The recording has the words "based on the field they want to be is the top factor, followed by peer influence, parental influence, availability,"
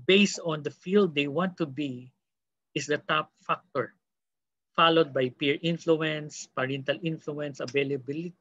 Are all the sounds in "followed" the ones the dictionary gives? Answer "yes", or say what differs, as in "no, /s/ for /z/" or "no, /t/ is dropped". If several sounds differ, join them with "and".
yes